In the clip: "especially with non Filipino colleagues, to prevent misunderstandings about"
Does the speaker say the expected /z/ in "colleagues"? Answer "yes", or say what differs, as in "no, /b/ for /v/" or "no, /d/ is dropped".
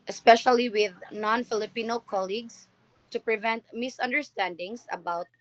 no, /s/ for /z/